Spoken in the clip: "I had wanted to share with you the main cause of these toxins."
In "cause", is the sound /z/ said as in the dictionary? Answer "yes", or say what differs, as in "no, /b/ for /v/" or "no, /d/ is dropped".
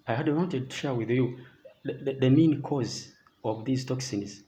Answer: yes